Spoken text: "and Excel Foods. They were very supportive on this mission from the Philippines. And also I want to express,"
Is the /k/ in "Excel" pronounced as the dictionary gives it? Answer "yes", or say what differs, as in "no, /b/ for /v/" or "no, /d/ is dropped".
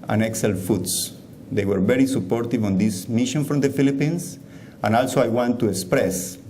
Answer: yes